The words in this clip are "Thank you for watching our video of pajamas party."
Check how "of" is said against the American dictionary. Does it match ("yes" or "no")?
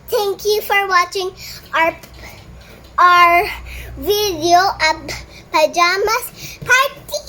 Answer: no